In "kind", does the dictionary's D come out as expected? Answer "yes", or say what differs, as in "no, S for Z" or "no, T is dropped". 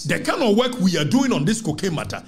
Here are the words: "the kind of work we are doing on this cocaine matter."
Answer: no, D is dropped